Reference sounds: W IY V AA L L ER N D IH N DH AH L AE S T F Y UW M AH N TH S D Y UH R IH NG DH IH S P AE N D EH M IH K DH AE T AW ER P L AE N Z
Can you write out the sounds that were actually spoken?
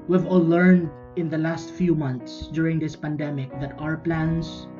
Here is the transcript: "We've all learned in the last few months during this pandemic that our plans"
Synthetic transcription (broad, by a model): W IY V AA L L ER N D IH N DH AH L AE S T F Y UW M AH N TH S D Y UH R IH NG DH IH S P AE N D EH M IH K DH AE T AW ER P L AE N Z